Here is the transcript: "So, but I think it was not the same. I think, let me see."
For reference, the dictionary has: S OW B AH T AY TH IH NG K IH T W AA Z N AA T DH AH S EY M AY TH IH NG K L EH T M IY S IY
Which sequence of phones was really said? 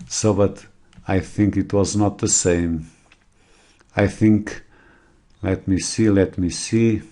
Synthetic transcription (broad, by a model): S OW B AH T AY TH IH NG K IH T W AA Z N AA T DH AH S EY M AY TH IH NG K L EH T M IY S IY